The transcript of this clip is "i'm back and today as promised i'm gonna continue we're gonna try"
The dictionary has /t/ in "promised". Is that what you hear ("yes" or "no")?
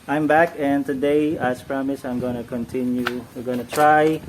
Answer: no